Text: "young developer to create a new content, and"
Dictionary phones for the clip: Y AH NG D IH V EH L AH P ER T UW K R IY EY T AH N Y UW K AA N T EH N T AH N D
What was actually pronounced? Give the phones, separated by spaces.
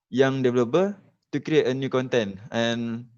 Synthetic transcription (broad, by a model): Y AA NG D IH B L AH B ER T UW K R IY EY T AH N Y UW K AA N T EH N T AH N